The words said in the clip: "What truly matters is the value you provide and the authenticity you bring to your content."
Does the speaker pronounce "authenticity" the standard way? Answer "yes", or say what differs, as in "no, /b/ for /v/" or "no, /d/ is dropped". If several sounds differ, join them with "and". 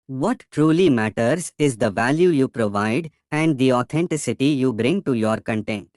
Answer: no, /t/ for /θ/